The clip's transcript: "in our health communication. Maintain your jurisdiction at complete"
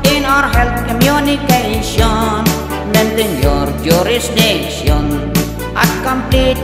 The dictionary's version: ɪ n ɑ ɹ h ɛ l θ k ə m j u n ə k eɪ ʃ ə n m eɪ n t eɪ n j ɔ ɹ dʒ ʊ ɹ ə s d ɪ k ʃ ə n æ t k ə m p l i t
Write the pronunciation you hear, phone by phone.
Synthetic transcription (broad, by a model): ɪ n ɑ ɹ h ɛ l t k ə m j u n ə k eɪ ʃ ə n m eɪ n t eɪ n j ɔ ɹ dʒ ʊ ɹ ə s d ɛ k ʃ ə n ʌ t k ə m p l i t